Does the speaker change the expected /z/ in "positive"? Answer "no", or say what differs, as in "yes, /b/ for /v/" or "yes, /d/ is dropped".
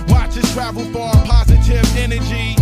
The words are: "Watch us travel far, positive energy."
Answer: no